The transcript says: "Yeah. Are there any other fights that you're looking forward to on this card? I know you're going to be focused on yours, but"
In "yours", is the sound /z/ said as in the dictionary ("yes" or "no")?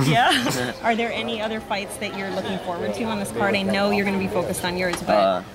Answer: yes